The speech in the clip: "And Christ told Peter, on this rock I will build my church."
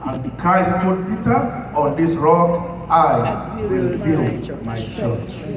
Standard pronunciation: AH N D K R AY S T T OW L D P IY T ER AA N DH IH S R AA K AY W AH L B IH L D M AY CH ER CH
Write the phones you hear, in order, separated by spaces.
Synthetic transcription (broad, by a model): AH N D K R AY S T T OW D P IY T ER AA N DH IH S R AA K AY W AH L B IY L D M AY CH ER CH